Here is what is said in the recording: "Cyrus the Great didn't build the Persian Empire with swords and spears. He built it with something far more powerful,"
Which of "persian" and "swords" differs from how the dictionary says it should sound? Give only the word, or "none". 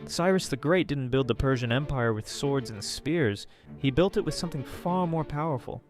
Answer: none